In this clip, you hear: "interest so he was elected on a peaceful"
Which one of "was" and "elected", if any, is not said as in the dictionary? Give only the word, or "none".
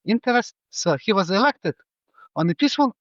none